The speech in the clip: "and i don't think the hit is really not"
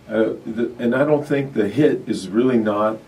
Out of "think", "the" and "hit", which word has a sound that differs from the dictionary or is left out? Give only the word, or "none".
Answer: none